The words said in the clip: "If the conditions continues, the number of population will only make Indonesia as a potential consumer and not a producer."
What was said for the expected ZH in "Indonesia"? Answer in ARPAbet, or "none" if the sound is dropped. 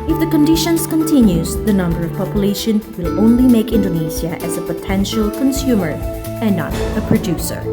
Z